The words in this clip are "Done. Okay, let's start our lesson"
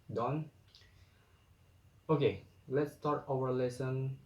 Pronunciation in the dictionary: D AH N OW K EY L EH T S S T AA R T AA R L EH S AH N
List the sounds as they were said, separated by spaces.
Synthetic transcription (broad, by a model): D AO N OW K EY L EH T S S T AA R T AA W L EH S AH N